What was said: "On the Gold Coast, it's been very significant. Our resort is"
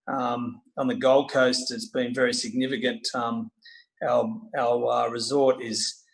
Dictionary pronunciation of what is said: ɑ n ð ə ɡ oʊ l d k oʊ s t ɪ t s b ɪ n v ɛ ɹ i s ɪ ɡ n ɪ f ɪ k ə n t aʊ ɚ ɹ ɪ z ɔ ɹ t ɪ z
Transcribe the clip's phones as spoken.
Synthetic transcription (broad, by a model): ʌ n ð ə ɡ oʊ l d k oʊ s t ɪ t s b ɪ n v ɛ ɹ i s ɪ ɡ n ɪ f ɪ k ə n t aʊ ɚ ɹ ɪ z ɔ ɹ t ɪ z